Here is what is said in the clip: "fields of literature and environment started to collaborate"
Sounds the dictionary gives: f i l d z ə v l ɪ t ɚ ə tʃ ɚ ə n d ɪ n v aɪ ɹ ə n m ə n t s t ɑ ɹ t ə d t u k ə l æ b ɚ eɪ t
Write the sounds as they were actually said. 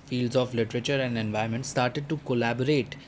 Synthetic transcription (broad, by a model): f i l d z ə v l ɪ t ɚ ə tʃ ɚ ə n d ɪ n v aɪ ə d m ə n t s t ɑ ɹ t ə d t u k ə l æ b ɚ eɪ t